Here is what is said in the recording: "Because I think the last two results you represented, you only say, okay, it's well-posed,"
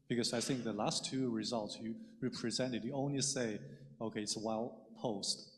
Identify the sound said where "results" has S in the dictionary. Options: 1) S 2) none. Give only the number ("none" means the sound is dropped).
1